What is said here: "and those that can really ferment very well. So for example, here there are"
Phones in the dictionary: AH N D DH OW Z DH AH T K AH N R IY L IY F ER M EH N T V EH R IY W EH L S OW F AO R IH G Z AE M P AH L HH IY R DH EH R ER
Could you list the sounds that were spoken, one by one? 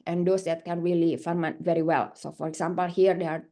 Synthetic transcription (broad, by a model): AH N D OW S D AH T K AH N R IY L IY F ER M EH T V EH R IY W EH L S OW F AO R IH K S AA M P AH L HH IY R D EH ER